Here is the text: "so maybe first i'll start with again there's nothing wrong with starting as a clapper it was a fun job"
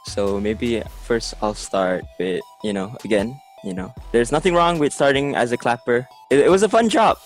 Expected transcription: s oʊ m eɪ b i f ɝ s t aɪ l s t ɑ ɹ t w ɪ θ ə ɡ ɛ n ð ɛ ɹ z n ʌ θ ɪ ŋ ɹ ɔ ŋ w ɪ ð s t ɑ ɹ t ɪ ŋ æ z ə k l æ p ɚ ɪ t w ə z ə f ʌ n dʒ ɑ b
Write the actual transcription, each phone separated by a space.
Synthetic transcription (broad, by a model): s oʊ m eɪ b i f ɝ s t aɪ l s t ɑ ɹ t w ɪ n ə ɡ ɛ n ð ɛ ɹ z n ʌ θ ɪ ŋ ɹ ɔ ŋ w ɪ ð s t ɑ ɹ t ɪ ŋ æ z ə k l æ p ɚ ɪ t w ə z ə f ʌ n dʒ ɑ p